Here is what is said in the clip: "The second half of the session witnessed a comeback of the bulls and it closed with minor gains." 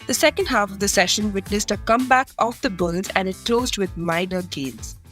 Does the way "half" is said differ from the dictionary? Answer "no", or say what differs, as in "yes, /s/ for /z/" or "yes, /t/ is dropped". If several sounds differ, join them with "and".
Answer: no